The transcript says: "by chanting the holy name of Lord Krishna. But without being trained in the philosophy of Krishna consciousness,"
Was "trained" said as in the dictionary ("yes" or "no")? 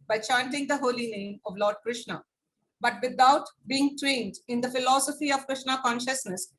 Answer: yes